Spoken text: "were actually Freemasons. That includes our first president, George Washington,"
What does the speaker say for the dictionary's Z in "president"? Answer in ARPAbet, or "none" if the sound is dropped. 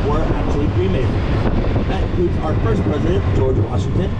Z